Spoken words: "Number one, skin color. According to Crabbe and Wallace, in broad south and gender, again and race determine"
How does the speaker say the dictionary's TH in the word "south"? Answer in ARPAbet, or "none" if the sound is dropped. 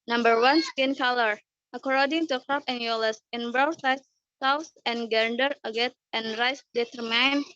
S